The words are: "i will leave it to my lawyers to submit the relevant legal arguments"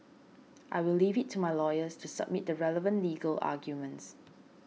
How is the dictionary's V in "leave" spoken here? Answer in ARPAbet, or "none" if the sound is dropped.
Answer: V